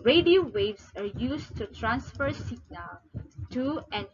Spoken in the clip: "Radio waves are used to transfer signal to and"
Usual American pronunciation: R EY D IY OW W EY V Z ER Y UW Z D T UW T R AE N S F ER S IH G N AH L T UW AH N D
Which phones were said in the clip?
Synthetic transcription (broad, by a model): R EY D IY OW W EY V S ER Y UW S T UW T R AE N S F ER S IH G N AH L T UW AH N